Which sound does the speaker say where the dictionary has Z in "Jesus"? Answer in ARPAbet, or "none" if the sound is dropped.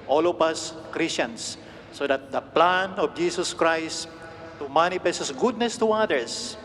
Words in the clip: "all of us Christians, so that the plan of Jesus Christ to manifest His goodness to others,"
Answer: S